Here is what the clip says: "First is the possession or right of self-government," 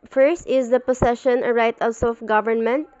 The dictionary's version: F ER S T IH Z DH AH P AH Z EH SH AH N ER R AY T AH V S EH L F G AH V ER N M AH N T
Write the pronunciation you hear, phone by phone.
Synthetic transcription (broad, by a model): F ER S T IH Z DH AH P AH S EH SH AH N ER R AY T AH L S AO F G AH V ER N M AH N T